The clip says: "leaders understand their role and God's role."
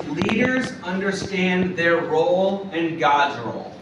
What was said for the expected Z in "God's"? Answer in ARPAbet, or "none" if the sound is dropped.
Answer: Z